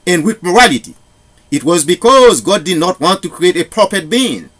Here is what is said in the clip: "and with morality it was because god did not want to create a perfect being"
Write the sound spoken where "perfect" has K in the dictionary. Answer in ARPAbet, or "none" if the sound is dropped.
none